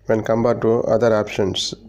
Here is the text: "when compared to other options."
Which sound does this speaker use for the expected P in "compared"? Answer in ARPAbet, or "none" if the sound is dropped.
B